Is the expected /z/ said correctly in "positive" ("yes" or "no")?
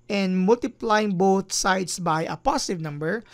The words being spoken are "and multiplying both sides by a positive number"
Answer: no